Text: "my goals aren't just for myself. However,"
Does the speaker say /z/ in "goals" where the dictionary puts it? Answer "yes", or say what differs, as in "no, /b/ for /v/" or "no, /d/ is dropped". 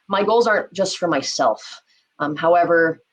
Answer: yes